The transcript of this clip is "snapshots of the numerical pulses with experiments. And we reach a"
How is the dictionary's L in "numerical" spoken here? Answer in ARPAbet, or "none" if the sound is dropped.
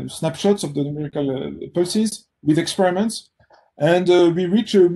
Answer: L